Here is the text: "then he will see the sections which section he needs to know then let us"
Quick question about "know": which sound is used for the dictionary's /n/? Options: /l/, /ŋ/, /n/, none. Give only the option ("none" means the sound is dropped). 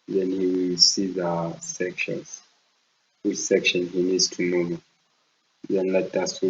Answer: /l/